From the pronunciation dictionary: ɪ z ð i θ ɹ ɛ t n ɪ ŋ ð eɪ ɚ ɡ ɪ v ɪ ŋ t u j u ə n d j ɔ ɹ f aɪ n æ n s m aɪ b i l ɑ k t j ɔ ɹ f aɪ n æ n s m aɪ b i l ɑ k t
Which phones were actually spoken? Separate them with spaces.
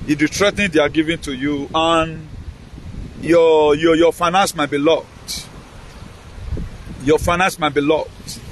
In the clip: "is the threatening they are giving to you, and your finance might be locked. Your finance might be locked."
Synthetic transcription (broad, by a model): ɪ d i t ɹ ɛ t ɪ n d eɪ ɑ ɡ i v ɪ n t u j u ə n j j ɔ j f aɪ n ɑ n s m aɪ b i l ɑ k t j ɔ f aɪ n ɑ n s m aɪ b i l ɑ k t